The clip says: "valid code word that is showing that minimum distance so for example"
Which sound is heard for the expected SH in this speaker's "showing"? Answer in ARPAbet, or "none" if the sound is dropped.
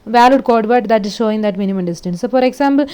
SH